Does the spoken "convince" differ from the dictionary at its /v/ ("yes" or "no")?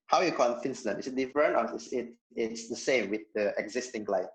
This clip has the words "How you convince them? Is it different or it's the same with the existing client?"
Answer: yes